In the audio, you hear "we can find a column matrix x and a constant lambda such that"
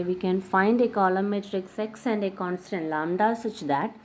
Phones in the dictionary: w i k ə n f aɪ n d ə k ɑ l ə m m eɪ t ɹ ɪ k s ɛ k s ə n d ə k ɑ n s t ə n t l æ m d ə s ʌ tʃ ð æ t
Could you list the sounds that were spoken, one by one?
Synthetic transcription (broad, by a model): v i k ə n f aɪ n d ə k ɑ l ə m m eɪ t ɹ ɪ k s ɛ k s ə n d ə k ɑ n s t ə n t l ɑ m d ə s ʌ tʃ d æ t